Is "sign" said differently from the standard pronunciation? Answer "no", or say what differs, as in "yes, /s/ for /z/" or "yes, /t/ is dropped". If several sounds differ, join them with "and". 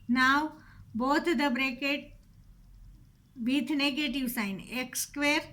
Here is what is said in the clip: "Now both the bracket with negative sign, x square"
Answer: no